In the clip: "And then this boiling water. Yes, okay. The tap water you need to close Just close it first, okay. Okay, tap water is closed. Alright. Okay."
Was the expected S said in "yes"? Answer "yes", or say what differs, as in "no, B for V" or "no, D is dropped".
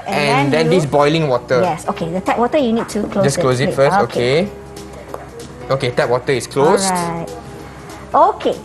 yes